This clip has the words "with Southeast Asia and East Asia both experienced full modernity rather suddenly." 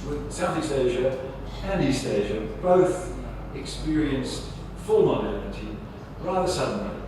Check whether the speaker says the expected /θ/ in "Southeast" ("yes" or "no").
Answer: yes